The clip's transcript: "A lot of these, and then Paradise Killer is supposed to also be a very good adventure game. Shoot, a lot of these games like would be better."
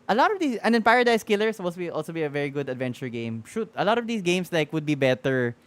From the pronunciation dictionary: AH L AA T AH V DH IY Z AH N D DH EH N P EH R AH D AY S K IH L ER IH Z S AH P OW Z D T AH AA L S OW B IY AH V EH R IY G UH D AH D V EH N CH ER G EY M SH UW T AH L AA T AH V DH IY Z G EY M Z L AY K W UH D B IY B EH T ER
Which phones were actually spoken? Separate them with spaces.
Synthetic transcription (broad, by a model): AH L AA T AH V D IY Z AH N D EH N P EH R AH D AY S K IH L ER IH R S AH P OW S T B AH AA L S OW B IY AH V EH R IY G UH D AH D V EH N CH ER G EY M SH UW T AH L AA T AH V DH IY S G EY M S L AY K W UH D B IY B EH T ER